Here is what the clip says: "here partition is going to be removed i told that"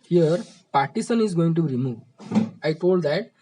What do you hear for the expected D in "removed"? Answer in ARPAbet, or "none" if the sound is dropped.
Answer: none